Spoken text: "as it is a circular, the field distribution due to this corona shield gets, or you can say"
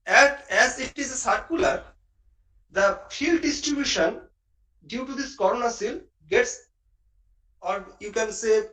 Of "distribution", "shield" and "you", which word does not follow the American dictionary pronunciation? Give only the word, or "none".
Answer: shield